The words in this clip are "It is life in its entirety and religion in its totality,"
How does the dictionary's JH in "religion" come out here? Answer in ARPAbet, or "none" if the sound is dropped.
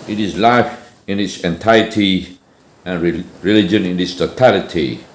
JH